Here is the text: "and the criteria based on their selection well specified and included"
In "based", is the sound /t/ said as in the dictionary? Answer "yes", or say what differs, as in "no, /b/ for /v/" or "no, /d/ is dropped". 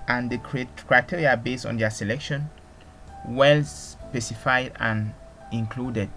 no, /t/ is dropped